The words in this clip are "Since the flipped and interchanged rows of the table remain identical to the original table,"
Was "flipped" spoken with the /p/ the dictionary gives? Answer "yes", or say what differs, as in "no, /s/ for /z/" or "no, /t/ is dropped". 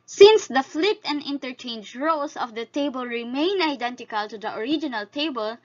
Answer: no, /p/ is dropped